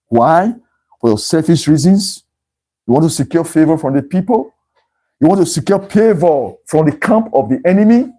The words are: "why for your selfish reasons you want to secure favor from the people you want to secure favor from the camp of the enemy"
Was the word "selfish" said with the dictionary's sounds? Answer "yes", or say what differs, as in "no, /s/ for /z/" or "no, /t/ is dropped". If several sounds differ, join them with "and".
no, /l/ is dropped and /s/ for /ʃ/